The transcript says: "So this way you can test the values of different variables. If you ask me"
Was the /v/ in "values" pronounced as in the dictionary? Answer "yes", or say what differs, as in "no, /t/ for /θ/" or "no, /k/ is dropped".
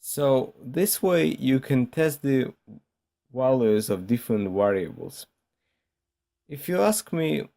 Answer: no, /w/ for /v/